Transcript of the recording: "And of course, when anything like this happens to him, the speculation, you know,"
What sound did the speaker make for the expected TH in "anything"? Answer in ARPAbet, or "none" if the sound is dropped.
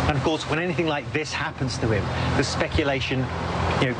TH